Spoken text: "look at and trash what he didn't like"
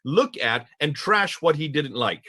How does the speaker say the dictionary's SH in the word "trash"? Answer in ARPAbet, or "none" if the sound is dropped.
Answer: SH